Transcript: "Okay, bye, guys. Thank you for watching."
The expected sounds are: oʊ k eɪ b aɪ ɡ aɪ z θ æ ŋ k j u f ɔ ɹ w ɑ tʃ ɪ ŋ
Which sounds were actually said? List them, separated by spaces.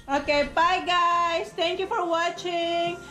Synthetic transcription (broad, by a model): oʊ k eɪ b aɪ ɡ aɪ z t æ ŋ k j u f ɔ ɹ w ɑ tʃ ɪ ŋ